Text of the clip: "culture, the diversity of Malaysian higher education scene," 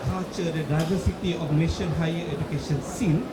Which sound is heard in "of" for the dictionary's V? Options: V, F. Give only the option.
F